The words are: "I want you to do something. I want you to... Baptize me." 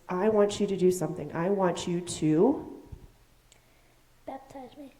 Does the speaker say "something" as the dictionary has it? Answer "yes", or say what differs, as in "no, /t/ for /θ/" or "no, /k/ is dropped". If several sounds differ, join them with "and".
yes